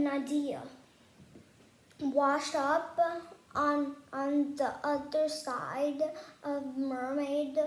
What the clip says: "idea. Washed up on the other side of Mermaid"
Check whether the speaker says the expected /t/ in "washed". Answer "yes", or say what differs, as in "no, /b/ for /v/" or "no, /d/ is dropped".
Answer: no, /t/ is dropped